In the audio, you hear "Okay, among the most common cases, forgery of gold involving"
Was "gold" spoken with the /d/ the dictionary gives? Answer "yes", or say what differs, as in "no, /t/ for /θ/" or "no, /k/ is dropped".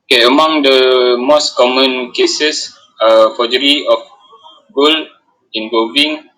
no, /d/ is dropped